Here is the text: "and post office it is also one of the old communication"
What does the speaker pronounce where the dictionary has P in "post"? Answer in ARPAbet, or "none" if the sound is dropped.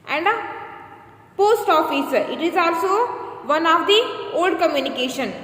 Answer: P